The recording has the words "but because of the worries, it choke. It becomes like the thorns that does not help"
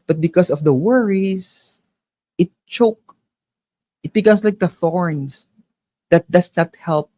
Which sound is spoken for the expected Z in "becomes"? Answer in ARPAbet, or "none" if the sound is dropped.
S